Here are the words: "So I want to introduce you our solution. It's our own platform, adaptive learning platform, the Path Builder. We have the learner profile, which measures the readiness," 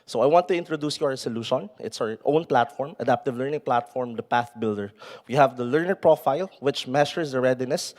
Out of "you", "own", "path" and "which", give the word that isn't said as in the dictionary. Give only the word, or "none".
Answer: none